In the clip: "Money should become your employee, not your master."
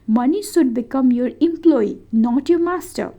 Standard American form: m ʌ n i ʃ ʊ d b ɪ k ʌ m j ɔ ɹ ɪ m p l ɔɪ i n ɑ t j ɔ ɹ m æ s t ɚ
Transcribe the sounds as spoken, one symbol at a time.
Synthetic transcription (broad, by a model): m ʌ n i s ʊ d b ɪ k ʌ m j ɔ ɹ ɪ m p l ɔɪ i n ɑ t j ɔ m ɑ s t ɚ